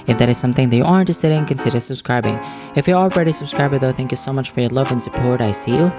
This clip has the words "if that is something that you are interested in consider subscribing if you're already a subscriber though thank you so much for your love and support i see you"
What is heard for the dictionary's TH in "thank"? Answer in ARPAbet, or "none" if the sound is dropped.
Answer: TH